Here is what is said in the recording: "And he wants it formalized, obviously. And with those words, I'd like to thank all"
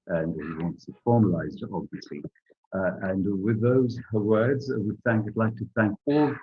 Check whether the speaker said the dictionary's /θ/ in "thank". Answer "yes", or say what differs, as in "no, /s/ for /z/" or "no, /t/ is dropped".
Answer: yes